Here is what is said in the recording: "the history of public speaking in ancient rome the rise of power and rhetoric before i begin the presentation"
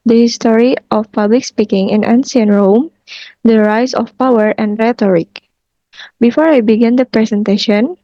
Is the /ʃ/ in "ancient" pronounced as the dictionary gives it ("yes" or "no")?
no